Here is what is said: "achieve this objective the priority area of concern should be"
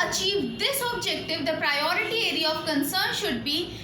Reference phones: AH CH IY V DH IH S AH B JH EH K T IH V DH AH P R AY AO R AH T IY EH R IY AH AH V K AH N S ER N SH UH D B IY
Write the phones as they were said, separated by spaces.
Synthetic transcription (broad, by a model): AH CH IY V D IH S AH B JH EH K T IH V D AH P R AY AO R AH T IY EH R IY AH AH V K AH N S ER N SH UH D B IY